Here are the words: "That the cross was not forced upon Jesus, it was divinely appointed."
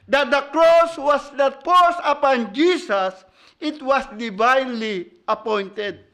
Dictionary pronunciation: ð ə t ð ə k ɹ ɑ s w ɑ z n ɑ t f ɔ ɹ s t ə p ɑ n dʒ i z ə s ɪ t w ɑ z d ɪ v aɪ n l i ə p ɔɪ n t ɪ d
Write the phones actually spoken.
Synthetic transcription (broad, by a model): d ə t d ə k ɹ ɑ s w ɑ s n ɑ t p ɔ s ə p ɑ n dʒ i s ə s ɪ t w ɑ s d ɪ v aɪ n l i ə p ɔɪ n t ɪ d